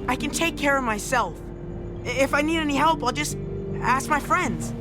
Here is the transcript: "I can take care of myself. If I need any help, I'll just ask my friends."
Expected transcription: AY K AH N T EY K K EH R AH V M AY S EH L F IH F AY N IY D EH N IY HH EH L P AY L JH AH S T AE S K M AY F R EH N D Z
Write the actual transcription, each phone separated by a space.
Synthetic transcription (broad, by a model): AY K AH N T EY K K EH R AH V M AY S EH L F IH F AY N IY D EH N IY HH EH L P AY L JH AH S T AE S K M AY F R EH N D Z